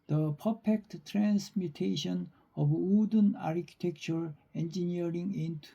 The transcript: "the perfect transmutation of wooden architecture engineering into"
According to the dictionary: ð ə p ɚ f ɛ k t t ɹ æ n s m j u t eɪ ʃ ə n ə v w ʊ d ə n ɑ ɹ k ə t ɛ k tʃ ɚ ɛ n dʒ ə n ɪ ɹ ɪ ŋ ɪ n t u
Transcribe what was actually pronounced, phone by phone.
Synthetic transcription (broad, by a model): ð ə p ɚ p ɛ k t t ɹ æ n s m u t eɪ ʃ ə n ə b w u d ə n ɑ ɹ k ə t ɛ k tʃ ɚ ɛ n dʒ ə n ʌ ɹ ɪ ŋ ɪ n t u